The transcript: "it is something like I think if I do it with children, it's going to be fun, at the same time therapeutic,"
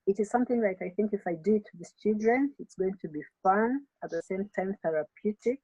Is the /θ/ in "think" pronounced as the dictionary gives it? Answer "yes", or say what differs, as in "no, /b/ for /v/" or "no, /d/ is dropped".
yes